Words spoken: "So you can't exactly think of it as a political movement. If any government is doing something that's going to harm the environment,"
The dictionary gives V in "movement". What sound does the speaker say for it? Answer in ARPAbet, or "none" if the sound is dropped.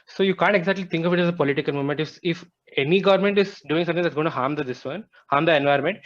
none